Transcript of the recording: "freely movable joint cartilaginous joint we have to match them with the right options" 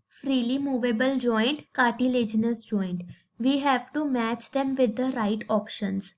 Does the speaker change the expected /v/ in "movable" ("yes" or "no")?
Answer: no